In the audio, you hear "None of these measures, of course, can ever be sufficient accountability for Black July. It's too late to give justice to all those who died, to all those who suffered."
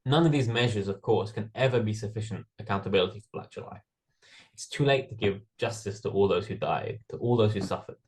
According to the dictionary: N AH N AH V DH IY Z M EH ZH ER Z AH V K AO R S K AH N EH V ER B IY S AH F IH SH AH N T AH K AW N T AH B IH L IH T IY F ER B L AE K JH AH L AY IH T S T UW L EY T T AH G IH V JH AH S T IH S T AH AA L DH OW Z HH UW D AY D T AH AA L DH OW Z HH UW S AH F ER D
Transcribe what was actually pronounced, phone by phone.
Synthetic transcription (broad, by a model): N AH N AH V DH IY Z M EH ZH ER Z AH V K AO R S K AH N EH V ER B IY S AH F IH SH AH N T AH K AW N T AH B IH L IH T IY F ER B L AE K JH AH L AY IH T S T UW L EY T T AH G IH V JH AH S T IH S T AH AA L DH OW Z HH UW D AY D T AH AA L DH OW Z HH UW S AH F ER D